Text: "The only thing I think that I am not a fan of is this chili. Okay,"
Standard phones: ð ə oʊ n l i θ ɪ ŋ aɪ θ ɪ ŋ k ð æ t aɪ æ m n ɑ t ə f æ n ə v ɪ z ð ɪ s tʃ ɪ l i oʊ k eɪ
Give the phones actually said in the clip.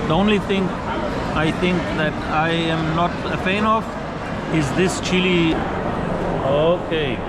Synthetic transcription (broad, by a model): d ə oʊ n l i t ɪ ŋ aɪ t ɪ ŋ k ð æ t aɪ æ m n ɑ t ə f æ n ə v ɪ z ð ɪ s tʃ ɪ l i oʊ k eɪ